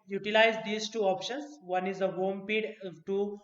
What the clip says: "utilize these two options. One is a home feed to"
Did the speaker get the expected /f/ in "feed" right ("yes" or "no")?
no